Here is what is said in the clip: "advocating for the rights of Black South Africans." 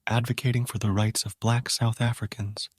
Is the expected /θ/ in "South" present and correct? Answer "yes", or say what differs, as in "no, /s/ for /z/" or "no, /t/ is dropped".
yes